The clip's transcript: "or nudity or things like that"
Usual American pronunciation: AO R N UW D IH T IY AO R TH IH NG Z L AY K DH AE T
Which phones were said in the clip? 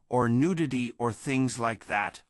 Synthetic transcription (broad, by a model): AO R N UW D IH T IY AO R TH IH NG Z L AY K DH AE T